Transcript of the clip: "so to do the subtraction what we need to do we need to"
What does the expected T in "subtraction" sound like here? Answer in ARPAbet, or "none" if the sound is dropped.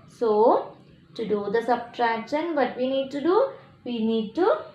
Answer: T